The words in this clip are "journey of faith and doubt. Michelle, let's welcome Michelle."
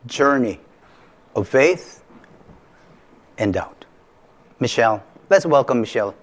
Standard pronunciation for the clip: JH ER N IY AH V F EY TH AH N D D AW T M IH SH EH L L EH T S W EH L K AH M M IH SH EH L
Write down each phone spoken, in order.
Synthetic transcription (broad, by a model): JH ER N IY AH V F EY TH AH N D D AW T M IH SH EH L L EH T S W EH L K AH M M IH SH EH L